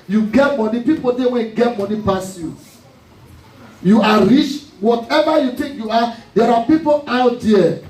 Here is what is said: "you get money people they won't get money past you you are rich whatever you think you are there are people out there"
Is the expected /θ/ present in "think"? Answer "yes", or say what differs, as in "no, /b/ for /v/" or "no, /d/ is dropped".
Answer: no, /t/ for /θ/